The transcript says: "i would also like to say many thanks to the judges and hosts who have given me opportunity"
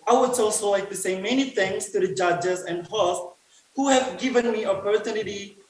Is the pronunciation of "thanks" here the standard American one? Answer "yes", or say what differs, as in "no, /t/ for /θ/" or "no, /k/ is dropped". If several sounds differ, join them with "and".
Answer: no, /k/ is dropped